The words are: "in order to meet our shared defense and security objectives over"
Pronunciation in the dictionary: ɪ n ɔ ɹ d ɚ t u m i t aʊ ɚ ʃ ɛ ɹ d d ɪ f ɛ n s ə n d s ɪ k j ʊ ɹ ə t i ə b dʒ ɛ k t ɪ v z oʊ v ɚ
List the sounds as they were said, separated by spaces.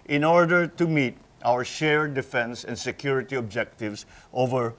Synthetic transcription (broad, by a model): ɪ n ɔ ɹ d ɚ t u m i t aʊ ɚ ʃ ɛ ɹ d d ɪ f ɛ n s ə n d s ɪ k j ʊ ɹ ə t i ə b dʒ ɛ k t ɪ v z oʊ v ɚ